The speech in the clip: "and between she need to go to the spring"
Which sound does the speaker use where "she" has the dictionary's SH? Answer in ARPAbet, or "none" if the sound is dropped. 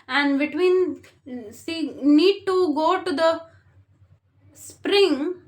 S